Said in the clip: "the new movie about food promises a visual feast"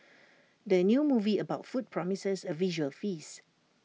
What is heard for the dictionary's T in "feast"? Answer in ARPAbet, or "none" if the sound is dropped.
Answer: none